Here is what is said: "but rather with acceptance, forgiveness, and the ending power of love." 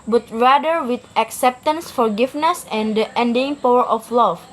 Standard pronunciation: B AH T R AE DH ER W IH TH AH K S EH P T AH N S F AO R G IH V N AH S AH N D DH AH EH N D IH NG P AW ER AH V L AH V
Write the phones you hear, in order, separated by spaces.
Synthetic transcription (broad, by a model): B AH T R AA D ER W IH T AH K S EH P T AH N S F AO R G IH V N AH S AH N D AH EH N D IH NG P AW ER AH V L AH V